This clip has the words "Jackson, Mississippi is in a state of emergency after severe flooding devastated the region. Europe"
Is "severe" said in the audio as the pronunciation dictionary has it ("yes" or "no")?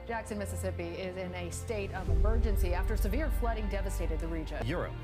yes